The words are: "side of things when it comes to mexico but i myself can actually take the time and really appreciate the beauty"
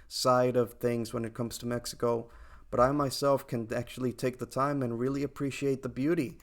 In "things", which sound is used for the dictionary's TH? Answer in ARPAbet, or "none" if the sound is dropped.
TH